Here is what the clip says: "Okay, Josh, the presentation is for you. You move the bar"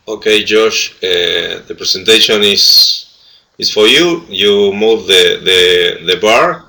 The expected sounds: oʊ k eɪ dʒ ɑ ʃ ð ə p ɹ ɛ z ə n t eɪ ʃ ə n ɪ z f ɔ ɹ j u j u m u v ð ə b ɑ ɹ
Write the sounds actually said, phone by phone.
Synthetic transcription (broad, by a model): oʊ k eɪ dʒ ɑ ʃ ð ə p ɹ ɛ s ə n t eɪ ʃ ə n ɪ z f ɔ ɹ j u j u m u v ð ə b ɑ ɹ